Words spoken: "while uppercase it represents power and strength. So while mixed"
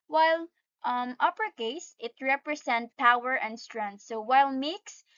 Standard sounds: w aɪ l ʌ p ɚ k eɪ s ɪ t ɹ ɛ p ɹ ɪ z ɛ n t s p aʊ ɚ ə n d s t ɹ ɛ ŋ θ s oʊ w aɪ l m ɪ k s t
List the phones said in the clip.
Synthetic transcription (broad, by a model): w aɪ l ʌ p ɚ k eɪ s ɪ t ɹ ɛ p ɹ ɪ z ɛ n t p aʊ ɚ ə n d s t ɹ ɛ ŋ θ s oʊ w aɪ l m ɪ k s